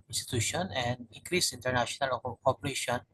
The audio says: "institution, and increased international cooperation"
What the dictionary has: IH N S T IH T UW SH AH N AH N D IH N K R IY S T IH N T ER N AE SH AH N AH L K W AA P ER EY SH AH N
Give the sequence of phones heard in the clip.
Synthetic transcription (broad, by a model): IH N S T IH T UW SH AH N AH N D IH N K R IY S IY N T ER N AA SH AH N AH L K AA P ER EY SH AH N